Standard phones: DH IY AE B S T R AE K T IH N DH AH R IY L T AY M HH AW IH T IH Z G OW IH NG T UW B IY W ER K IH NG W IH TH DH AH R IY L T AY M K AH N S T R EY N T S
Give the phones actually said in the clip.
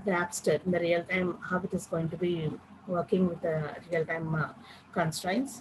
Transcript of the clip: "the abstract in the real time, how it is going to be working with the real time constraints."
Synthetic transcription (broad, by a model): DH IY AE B S T AH T IH N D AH R IY L T AY M HH AW IH T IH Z G OW IH NG T UW B IY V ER K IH NG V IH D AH R IY L T AY M K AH N S T R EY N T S